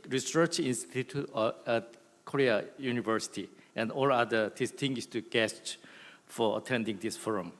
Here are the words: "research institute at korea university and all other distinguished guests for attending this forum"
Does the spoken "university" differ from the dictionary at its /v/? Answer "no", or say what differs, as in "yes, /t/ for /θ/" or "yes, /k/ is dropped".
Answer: no